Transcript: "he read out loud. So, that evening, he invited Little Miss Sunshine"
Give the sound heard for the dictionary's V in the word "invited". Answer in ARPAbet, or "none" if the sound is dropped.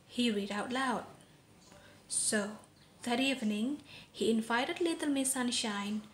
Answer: F